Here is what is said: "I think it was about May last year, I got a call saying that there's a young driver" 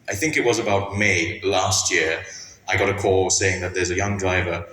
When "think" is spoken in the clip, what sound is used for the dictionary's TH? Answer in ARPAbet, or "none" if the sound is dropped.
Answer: TH